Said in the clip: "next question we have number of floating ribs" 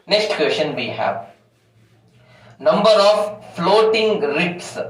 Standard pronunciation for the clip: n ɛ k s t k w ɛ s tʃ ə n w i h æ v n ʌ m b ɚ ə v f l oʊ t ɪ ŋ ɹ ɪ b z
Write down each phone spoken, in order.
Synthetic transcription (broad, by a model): n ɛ k s t k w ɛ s ʃ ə n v i h æ v n ʌ m b ɚ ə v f l oʊ t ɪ ŋ ɹ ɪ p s